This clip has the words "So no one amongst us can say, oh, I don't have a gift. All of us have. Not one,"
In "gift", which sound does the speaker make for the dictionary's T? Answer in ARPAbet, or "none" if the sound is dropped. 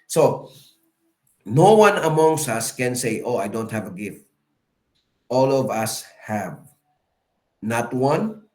T